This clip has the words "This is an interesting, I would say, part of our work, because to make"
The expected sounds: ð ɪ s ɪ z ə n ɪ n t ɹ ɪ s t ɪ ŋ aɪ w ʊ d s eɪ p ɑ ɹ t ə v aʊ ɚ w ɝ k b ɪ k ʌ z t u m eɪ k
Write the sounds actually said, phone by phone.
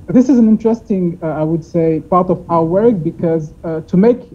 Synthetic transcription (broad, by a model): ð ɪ s ɪ z ə n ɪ n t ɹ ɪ s t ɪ ŋ aɪ w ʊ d s eɪ p ɑ ɹ t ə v aʊ ɚ w ɝ k b ɪ k ʌ z t u m eɪ k